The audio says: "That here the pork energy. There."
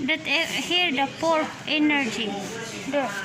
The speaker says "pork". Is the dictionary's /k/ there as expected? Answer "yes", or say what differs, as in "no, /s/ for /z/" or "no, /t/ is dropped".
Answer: no, /k/ is dropped